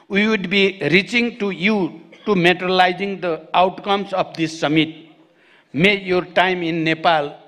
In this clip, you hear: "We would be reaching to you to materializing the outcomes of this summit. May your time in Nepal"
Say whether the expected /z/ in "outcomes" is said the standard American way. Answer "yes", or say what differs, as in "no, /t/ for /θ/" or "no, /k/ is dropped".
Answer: no, /s/ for /z/